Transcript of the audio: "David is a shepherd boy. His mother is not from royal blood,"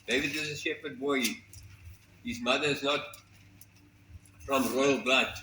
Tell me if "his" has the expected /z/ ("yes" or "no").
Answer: yes